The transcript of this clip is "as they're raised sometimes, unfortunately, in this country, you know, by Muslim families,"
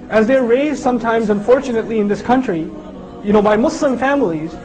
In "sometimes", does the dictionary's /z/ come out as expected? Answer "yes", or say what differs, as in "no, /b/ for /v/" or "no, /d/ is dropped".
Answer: yes